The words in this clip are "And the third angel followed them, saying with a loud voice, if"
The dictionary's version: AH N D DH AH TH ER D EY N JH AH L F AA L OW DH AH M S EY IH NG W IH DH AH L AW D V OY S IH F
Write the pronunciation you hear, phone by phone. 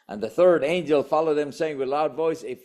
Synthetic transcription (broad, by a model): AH N DH AH TH ER D EY N JH AH L F AA L OW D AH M S EY IH NG W IH DH L AW D V OY S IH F